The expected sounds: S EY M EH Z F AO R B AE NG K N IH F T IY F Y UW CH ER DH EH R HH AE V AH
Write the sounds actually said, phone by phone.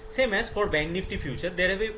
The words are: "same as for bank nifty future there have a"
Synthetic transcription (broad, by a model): S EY M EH S F AO R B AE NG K N IH F T IY F Y UW CH ER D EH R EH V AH